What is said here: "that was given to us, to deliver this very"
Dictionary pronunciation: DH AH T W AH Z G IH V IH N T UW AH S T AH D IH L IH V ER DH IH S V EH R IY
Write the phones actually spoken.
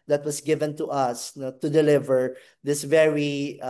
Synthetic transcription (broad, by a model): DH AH T W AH S G IH V IH N T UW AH S T AH D IH L IH V ER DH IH S V EH R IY